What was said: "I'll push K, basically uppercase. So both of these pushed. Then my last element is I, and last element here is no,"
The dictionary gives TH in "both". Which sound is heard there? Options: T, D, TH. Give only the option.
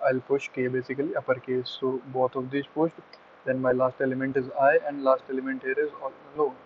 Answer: T